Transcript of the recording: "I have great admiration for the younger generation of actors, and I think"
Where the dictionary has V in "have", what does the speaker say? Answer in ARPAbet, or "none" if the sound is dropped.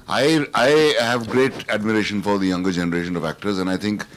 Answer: V